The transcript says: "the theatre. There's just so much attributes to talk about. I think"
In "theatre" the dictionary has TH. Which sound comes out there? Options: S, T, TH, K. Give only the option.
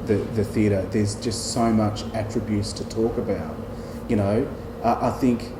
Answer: TH